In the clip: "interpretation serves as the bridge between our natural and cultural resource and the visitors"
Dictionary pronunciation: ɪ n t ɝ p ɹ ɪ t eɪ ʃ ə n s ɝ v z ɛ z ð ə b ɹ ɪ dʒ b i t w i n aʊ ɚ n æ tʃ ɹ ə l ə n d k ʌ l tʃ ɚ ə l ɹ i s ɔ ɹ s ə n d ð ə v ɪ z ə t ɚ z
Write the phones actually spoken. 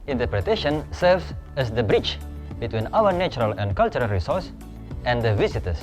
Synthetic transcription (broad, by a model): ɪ n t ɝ p ɹ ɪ t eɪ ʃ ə n s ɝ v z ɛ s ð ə b ɹ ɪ tʃ b i t w i n aʊ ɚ n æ tʃ ɹ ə l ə n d k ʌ l tʃ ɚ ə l ɹ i s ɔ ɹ s ə n d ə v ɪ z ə t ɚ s